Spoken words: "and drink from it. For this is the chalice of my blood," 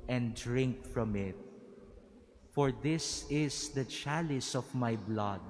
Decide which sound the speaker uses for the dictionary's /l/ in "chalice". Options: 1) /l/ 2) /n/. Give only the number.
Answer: 1